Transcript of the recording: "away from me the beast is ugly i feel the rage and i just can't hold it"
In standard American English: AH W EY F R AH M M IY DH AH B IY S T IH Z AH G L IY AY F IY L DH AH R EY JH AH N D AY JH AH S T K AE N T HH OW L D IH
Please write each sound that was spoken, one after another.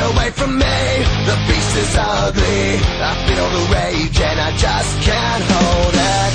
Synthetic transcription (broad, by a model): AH W EY F R AH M M IY DH AH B IY S IH Z AH G L IY AY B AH N DH AH R EY JH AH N AY JH AH S K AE N HH OW L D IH